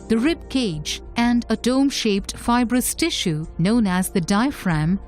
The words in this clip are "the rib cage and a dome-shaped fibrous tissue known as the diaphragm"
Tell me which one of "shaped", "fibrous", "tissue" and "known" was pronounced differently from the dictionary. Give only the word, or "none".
none